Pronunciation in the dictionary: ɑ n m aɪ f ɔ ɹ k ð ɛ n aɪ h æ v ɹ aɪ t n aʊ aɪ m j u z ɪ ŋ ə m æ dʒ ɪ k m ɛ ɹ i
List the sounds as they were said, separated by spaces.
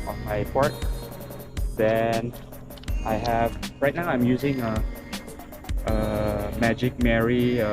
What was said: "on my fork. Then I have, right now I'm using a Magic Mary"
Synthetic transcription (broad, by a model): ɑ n m aɪ p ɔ ɹ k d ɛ n aɪ h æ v ɹ aɪ t n aʊ aɪ m j u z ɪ ŋ ə m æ dʒ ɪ k m ɛ ɹ i